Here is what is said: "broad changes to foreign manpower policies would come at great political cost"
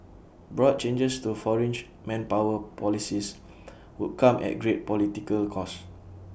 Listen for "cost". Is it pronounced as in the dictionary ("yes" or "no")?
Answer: no